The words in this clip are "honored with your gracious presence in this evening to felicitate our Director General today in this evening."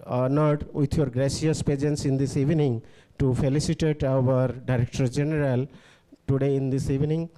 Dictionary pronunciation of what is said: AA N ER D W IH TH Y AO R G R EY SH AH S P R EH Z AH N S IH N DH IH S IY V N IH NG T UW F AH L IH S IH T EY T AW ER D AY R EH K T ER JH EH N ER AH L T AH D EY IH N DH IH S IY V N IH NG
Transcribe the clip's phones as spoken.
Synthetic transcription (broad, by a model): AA N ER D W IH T Y AO R G R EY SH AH S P EH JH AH N S IH N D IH S IY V N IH NG T UW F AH L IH S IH T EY T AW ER D AY R EH K T ER JH EH N ER AH L T AH D EY IH N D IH S IY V N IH NG